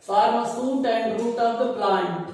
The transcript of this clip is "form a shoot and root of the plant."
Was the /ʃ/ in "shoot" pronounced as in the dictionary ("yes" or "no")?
no